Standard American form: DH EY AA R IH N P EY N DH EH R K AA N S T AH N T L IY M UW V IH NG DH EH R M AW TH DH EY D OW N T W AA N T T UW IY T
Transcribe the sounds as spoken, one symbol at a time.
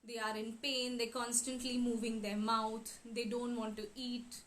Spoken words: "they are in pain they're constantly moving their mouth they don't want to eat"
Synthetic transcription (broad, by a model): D EY AA R IH N P EY N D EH K AA N S T AH N T L IY M UW V IH NG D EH R M AW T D EY D OW N T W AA N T T UW IY T